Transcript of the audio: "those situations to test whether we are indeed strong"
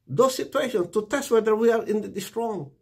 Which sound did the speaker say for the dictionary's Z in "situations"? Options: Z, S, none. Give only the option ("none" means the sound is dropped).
none